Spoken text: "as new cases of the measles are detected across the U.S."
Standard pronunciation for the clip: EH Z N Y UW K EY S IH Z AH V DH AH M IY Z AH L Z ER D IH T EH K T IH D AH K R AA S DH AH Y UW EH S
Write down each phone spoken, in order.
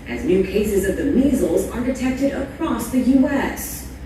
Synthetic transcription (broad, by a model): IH Z N Y UW K EY S IH Z AH V DH AH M IY Z L Z ER D IH T EH K T IH D AH K R AA S DH AH Y UW EH S